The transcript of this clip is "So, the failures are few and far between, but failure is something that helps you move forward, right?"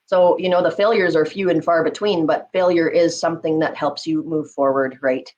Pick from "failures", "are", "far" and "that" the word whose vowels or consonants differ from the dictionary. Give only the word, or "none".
none